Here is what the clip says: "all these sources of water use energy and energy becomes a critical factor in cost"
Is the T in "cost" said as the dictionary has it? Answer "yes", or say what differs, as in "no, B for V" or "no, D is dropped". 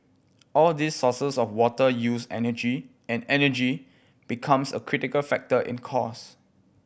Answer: no, T is dropped